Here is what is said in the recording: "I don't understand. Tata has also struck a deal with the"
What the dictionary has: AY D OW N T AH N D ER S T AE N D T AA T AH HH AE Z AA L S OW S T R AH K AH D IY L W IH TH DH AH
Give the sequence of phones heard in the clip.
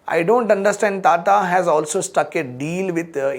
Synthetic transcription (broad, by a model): AY D OW N T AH N D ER S T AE N D T AA T AH HH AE Z AA L S OW S T AH K AH D IY L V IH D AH